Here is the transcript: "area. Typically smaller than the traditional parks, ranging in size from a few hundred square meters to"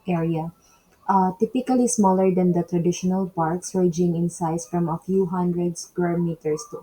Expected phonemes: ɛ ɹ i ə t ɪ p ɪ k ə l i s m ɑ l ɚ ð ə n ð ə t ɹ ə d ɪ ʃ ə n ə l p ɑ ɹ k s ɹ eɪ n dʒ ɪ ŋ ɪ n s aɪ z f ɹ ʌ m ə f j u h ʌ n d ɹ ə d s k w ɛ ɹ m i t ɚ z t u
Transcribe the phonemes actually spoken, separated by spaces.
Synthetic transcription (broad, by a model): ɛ ɹ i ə t ɪ p ɪ k ə l i s m ɑ l ɚ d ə n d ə t ɹ ə d ɪ ʃ ə n ə l p ɑ ɹ k s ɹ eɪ dʒ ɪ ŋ ɪ n s aɪ s f ɹ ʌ m ə f j u h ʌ n d ɹ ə d s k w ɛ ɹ m i t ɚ s t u